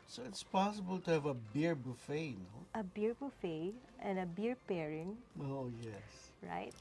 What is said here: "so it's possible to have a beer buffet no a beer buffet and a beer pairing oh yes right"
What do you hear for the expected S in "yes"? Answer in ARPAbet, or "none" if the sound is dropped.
S